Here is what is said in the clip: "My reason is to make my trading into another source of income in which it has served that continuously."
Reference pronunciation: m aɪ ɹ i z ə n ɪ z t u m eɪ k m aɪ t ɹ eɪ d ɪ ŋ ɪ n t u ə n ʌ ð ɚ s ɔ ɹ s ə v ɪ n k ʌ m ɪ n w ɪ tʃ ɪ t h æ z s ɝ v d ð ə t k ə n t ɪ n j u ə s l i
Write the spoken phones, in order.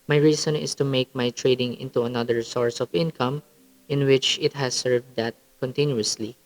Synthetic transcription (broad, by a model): m aɪ ɹ i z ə n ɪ s t u m eɪ k m aɪ t ɹ eɪ d ɪ ŋ ɪ n t u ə n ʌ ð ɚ s ɔ ɹ s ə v ɪ n k ʌ m ɪ n w ɪ tʃ ɪ t h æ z s ɝ v d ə t k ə n t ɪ n j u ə s l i